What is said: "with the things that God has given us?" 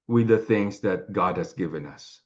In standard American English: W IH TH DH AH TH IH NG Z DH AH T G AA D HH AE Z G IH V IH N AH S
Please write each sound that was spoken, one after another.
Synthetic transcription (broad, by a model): W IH DH AH TH IH NG Z DH AH T G AA D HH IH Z G IH V IH N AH S